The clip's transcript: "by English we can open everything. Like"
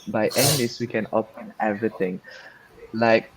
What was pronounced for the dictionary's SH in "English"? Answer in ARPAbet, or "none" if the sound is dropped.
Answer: S